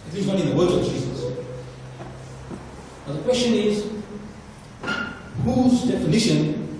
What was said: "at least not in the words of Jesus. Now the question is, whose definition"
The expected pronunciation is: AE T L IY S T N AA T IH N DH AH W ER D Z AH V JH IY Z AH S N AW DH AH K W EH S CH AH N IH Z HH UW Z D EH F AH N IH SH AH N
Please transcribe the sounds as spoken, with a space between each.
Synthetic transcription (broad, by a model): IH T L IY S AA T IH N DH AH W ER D AH V JH IY Z AH S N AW DH AH K W EH S CH AH N IH Z HH UW Z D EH F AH N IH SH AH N